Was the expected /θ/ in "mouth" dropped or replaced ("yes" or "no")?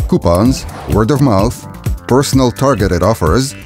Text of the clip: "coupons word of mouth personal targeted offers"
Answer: no